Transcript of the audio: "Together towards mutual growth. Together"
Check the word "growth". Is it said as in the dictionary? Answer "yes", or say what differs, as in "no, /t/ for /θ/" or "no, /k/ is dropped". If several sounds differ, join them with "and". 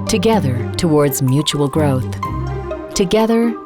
yes